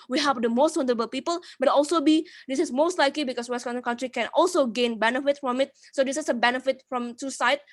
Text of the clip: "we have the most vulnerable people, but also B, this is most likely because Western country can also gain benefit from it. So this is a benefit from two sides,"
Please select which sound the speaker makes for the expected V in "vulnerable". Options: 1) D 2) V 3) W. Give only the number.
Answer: 3